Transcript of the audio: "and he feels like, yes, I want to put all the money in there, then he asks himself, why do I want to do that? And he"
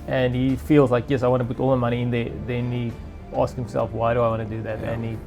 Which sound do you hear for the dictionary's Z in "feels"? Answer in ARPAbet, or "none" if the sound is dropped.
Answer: Z